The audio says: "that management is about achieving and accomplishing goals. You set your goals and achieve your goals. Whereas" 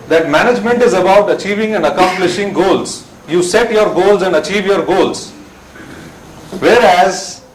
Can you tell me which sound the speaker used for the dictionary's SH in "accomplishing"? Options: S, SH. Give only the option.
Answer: SH